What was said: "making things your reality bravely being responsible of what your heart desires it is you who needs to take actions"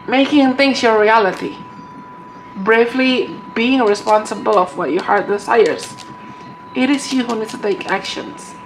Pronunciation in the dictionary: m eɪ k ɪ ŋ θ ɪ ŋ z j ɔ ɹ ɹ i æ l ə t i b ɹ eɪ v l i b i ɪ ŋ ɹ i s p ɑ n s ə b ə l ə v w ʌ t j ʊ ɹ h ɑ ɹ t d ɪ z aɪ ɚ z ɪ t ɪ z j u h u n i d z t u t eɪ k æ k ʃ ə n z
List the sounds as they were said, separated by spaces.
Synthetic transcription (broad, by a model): m eɪ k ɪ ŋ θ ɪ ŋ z j ɔ ɹ ɹ i æ l ə t i b ɹ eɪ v l i b i ɪ ŋ ɹ i s p ɑ n s ə b ə l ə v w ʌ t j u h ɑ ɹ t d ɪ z aɪ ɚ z ɪ t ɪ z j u h u n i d t u t eɪ k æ k ʃ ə n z